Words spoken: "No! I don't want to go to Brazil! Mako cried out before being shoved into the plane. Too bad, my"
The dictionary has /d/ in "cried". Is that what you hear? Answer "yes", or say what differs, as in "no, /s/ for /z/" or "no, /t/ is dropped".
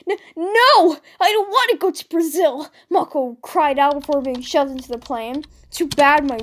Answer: yes